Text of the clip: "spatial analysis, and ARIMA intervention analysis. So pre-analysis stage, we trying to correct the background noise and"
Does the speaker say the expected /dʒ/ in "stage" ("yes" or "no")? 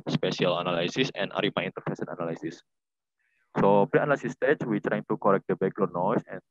no